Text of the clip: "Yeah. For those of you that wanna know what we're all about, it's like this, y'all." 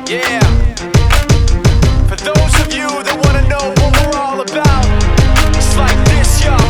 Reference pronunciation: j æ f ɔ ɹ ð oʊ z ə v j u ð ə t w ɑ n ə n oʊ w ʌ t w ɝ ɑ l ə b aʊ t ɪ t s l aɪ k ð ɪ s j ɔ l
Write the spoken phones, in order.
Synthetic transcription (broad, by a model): j æ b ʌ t ð oʊ z ə v j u ð ə t w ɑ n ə n oʊ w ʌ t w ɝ ɑ l ə b aʊ t ɪ t s l aɪ k ð ɪ s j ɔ